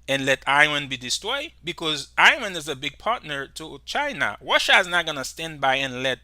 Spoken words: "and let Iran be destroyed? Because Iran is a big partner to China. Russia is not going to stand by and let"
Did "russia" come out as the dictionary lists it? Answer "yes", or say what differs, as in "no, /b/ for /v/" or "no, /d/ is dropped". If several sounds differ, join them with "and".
no, /w/ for /ɹ/